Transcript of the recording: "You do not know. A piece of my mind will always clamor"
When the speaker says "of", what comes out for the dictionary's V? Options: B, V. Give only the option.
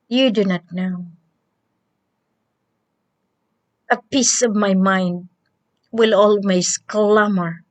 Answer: V